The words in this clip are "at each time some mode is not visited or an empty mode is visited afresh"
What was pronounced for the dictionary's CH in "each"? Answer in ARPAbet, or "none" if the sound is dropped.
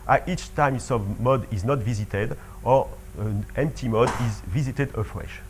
CH